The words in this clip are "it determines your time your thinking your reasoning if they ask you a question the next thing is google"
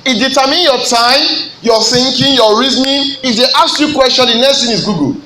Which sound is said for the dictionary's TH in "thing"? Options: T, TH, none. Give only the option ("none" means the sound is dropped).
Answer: T